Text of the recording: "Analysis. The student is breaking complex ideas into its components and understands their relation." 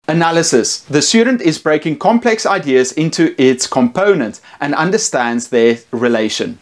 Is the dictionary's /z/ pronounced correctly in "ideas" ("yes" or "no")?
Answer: yes